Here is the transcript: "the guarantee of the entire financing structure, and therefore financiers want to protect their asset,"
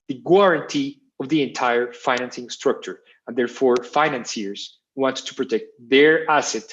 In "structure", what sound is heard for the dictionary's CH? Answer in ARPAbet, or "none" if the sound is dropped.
CH